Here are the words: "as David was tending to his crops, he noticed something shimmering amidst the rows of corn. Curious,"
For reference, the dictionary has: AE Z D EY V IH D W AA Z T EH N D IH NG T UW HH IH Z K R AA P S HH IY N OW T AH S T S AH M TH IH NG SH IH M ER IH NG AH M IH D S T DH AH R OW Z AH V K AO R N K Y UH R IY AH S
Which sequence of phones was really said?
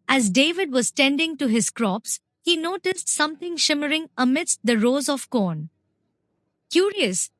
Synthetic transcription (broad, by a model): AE Z D EY V IH D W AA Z T EH N D IH NG T UW HH IH Z K R AA P S HH IY N OW T AH S T S AH M T IH NG SH IH M ER IH NG AH M IH D S T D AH R OW Z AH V K AO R N K Y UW R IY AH S